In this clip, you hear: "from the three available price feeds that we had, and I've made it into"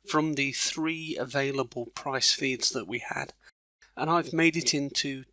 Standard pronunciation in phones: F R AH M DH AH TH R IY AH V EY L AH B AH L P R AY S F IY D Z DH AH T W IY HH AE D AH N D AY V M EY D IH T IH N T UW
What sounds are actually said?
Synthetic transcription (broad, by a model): F R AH M DH AH TH R IY AH V EY L AH B AH L P R AY S F IY D Z DH AH T W IY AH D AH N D AY V M EY D IH T IH N T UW